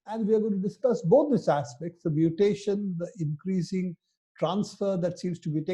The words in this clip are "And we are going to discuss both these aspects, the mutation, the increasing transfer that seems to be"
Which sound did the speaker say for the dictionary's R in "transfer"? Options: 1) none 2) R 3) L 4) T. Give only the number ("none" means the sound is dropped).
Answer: 2